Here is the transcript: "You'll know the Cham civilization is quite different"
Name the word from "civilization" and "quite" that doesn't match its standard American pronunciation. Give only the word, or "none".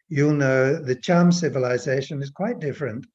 none